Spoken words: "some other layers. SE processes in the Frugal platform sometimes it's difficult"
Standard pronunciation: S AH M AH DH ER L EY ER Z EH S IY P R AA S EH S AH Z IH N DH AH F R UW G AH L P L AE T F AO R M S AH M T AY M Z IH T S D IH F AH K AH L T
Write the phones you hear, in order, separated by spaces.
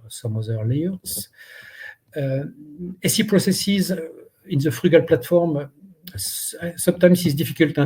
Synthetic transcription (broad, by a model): S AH M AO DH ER L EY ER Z EH S IY P R AA S EH S AH Z IH N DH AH F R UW G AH L P L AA T F AO R M S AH M T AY M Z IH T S D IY F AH K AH L T